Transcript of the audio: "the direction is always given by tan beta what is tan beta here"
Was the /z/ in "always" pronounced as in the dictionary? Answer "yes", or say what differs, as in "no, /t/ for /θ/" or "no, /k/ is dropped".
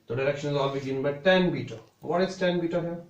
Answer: no, /z/ is dropped